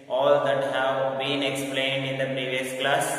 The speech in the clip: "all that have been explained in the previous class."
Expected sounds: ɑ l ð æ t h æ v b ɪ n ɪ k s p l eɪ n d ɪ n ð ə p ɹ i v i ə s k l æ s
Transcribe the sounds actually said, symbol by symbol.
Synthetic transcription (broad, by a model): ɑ l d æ t h æ v b ɪ n ɪ k s p l eɪ n d ɪ n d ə p ɹ i v i ə s k l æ s